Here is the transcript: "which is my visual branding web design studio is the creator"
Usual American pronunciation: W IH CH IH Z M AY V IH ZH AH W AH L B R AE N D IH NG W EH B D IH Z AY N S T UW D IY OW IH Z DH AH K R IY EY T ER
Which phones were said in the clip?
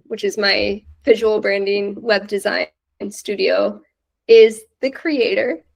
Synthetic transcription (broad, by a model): W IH CH IH Z M AY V IH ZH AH W L B R AE N D IH NG W EH B D IH Z AY N S T UW D IY OW IH Z DH AH K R IY EY T ER